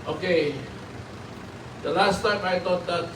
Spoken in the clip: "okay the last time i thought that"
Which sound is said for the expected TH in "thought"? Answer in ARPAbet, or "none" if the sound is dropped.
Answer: T